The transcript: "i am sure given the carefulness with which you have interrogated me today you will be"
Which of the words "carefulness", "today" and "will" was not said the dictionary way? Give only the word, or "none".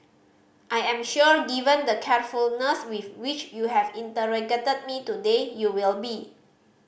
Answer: none